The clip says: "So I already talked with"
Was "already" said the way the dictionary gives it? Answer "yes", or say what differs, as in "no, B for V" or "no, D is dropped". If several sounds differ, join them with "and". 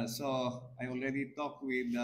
yes